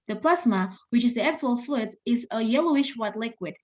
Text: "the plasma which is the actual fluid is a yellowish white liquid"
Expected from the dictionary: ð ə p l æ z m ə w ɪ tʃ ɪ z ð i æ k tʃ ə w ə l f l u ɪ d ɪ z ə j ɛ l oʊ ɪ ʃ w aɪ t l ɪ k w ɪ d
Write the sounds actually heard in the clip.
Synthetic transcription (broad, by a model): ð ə p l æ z m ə w ɪ tʃ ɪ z ð i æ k tʃ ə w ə l f l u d ɪ z ə j ɛ l oʊ ɪ ʃ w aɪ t l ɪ k w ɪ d